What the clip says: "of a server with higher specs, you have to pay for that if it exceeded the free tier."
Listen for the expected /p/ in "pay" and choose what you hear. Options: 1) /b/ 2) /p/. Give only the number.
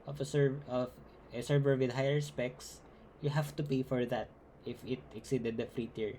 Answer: 2